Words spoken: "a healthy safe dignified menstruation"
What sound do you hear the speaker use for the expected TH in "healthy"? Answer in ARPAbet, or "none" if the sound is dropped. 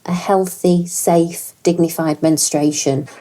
TH